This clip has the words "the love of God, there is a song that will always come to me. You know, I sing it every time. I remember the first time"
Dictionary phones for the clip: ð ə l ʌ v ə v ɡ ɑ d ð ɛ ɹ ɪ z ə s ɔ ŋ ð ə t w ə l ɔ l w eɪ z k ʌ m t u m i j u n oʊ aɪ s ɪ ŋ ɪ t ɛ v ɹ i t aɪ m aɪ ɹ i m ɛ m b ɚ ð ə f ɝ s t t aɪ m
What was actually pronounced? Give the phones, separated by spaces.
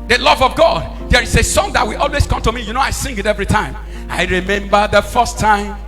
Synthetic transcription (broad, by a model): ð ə l ʌ v ə v ɡ ɑ d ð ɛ ɹ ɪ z ə s ɔ ŋ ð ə t w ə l ɔ l w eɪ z k ʌ m t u m i j u n oʊ aɪ s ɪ ŋ ɪ t ɛ v ɹ i t aɪ m aɪ ɹ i m ɛ m b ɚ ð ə f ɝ s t t aɪ m